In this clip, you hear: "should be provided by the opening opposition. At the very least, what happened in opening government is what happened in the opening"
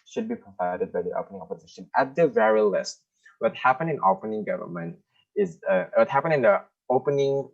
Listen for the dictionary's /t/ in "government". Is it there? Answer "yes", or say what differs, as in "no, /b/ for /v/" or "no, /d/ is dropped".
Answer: yes